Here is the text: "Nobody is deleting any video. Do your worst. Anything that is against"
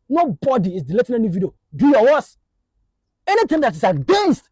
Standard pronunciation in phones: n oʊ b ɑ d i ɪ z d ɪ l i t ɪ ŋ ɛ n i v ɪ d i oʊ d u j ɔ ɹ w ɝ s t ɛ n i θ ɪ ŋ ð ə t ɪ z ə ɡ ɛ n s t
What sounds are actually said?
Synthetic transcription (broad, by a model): n oʊ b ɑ d i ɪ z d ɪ l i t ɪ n ɛ n i v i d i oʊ d u j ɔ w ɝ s ɛ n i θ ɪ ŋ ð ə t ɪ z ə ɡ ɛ n s t